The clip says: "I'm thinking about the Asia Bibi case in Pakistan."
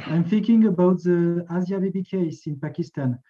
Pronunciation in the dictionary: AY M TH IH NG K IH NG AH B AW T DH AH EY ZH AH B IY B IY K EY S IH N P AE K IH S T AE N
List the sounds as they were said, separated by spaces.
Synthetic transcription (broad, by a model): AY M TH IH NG K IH NG AH B AW T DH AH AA Z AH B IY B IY K EY S IH N P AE K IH S T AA N